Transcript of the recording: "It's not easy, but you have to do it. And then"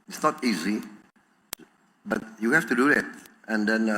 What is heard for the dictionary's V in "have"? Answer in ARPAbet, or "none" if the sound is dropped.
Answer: F